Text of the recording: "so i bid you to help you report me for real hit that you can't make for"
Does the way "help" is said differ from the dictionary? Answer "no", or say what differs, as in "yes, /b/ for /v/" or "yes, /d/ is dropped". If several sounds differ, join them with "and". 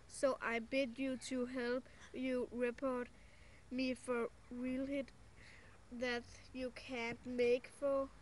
no